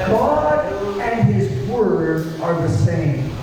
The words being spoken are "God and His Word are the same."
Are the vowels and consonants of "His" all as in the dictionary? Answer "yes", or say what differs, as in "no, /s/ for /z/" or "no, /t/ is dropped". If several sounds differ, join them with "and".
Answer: yes